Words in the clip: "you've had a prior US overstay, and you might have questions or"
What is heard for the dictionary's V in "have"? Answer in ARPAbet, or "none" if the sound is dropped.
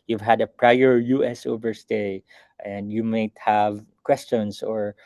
V